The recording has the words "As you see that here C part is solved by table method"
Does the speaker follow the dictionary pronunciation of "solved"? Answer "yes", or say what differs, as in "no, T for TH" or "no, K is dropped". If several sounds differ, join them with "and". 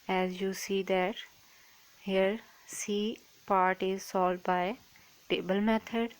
no, V is dropped